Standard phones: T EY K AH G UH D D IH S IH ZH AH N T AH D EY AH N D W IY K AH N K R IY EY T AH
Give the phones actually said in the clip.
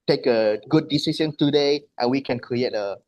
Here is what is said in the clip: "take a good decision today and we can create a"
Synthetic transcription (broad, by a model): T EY K AH G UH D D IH S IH S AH N T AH D EY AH N W IY K AH N K R IY EY T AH